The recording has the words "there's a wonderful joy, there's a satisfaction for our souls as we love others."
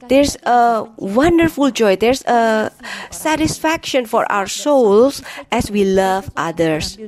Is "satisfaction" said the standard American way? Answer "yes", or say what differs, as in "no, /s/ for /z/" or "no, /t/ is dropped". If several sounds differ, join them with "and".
yes